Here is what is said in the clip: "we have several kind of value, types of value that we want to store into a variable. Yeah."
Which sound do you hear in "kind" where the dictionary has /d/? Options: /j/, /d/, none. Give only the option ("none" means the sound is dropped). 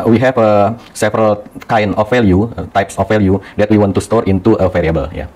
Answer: none